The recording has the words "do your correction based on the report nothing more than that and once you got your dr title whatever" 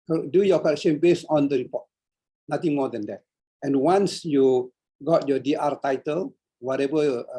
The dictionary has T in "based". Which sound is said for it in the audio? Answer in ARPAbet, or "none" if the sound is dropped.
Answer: none